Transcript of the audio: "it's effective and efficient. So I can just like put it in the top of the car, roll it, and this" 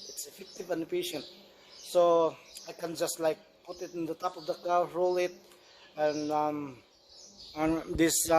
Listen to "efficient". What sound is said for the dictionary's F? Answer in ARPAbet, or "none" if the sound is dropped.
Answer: P